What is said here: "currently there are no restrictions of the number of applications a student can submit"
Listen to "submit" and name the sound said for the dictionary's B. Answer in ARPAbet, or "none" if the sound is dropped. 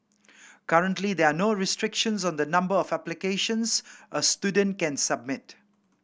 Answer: B